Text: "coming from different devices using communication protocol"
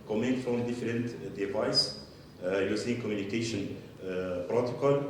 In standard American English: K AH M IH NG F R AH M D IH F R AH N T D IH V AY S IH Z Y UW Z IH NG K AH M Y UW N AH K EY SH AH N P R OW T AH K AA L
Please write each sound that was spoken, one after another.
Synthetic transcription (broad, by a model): K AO M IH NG F R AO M D IH F R AH N T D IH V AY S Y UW S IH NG K AH M Y UW N AH K EY SH AH N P R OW T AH K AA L